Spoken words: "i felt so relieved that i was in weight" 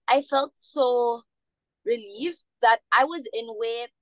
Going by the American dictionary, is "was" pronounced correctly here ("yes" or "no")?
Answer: yes